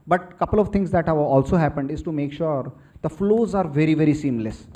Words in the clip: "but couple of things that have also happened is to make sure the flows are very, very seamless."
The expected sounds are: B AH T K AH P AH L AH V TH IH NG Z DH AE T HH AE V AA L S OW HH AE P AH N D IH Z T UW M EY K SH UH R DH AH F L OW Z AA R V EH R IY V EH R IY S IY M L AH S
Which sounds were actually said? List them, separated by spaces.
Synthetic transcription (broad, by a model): B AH T K AH P AH L AH V T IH NG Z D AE T HH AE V AA L S OW HH AE P AH N D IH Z T UW M EY K SH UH R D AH F L OW Z AA R V EH R IY V EH R IY S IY M L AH S